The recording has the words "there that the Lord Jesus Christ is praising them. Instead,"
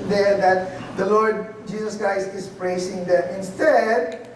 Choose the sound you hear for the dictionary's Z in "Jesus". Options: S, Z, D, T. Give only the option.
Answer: S